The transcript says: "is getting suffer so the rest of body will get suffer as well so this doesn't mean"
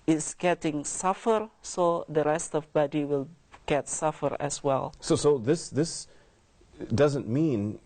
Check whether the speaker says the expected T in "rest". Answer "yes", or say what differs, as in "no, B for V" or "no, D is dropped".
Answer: yes